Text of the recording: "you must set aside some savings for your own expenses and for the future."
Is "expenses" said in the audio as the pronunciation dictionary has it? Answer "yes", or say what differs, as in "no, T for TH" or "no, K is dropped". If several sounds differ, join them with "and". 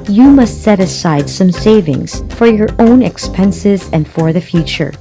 yes